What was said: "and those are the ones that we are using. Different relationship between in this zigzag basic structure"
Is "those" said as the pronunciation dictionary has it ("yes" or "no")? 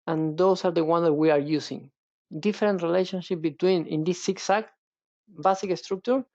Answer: no